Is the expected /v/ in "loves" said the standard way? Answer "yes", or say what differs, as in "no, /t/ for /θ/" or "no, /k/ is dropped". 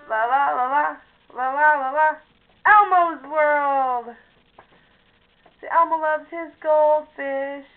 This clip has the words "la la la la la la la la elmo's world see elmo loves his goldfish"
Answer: yes